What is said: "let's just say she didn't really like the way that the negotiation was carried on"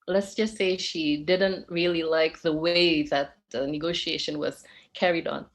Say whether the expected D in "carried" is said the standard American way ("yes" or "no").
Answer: yes